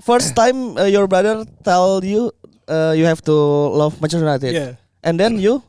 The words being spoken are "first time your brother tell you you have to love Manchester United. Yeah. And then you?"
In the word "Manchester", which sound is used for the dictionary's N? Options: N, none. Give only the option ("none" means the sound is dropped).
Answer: none